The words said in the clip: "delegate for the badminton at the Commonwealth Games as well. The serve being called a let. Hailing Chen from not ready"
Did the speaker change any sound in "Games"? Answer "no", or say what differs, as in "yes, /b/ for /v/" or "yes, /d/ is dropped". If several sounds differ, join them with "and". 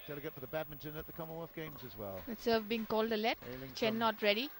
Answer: no